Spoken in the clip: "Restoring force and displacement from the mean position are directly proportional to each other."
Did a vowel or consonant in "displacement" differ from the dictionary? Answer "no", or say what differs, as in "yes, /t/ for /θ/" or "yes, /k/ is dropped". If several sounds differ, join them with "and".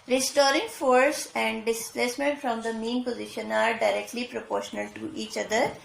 no